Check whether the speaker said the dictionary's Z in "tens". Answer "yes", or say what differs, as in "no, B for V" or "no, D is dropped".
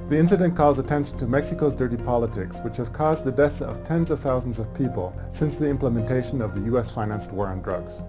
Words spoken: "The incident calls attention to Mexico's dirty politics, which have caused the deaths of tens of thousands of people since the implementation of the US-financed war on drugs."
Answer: yes